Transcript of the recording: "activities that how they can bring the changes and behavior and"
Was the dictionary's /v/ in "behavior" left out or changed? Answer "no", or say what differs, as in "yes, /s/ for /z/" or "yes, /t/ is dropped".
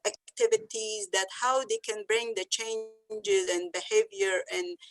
no